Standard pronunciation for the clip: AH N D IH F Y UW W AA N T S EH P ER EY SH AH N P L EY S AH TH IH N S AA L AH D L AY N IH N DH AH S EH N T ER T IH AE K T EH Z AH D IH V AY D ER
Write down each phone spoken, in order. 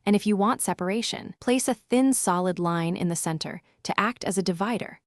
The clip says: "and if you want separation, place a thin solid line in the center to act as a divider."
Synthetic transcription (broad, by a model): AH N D IH F Y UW W AA N T S EH P ER EY SH AH N P L EY S AH TH IH N S AA L AH D L AY N IH N DH AH S EH N T ER T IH AE K T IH Z AH D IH V AY D ER